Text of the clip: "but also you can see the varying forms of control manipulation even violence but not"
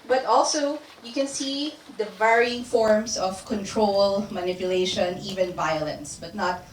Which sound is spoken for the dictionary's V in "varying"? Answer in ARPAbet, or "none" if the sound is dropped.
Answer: V